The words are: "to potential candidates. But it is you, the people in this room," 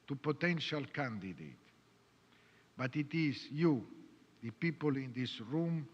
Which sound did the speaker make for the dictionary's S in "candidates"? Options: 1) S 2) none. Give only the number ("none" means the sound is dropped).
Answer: 2